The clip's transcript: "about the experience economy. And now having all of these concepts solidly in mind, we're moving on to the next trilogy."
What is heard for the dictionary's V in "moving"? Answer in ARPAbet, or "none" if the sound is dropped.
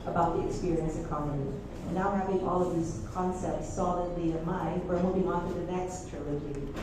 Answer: B